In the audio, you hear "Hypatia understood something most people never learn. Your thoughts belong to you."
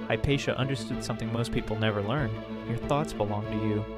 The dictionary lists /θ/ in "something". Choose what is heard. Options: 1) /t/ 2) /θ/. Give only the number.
2